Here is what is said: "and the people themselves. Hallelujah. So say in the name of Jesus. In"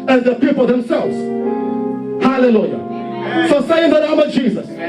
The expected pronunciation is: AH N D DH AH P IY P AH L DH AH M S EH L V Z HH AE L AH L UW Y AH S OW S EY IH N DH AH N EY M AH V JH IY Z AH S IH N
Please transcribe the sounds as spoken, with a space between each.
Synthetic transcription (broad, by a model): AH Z DH AH P IY P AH L DH AH M S EH L V Z HH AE L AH L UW Y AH S OW S EY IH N DH AH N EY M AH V JH IY Z AH S